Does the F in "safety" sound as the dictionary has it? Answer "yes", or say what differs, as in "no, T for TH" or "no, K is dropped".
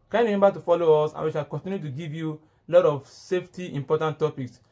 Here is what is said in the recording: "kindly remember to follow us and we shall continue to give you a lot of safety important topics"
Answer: yes